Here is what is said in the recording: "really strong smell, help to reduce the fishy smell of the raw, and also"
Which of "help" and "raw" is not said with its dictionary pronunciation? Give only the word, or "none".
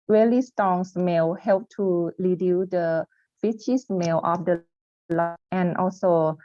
raw